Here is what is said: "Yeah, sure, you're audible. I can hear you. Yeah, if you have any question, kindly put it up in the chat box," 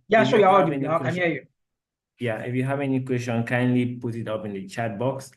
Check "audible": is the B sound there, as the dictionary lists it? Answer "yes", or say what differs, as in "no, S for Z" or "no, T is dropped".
no, B is dropped